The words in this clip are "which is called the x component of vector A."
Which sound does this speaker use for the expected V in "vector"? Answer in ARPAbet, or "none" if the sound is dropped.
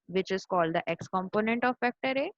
F